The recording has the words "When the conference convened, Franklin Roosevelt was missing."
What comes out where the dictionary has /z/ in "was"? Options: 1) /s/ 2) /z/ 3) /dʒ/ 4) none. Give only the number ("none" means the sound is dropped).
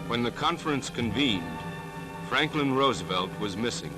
2